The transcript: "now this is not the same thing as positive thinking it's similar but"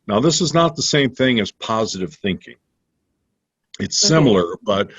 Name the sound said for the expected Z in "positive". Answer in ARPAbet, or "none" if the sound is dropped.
Z